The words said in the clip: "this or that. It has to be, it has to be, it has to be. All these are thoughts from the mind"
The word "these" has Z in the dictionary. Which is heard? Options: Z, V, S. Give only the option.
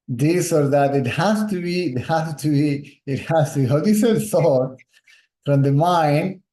S